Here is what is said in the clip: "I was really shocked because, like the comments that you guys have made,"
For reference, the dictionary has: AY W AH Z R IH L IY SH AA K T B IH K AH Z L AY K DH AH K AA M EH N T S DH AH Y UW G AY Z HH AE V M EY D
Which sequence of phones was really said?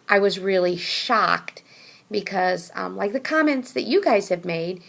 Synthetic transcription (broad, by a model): AY W AH Z R IH L IY SH AA K T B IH K AH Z L AY K DH AH K AA M EH N T S DH AH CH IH G AY Z HH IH V M EY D